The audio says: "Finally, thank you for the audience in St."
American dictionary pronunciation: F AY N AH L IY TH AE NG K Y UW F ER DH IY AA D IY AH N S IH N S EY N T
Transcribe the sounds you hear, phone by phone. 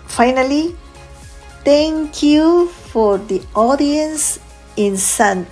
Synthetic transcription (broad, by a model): F AY N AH L IY T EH NG K Y UW F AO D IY AA D IY AH N S IH N S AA N